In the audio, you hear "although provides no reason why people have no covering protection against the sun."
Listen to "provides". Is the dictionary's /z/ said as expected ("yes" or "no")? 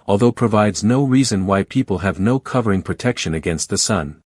yes